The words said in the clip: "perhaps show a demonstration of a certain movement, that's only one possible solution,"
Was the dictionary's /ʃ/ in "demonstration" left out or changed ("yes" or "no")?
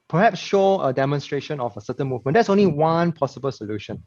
no